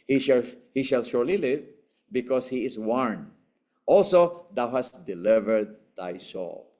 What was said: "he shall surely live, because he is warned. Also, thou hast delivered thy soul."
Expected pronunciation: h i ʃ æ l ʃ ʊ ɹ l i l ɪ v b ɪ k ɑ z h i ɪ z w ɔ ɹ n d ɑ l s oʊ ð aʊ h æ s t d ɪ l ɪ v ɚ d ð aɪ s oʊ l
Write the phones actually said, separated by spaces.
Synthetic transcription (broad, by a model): h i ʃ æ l ʃ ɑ ɹ l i l ɪ v b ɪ k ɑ s h i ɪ s w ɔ ɹ n ɑ l s oʊ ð aʊ h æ s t d ɪ l ɪ v ɚ d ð aɪ s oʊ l